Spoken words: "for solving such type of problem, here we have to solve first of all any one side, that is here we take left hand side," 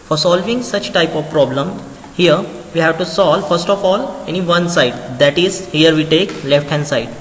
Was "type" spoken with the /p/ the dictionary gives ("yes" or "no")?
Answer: yes